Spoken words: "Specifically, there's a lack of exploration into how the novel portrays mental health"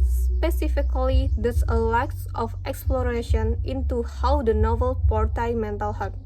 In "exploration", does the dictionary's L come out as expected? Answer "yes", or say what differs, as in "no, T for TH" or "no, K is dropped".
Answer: yes